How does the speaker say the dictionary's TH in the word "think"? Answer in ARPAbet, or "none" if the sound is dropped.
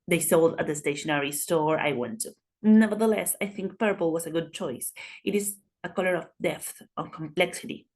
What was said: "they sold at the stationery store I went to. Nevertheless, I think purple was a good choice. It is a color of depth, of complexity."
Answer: TH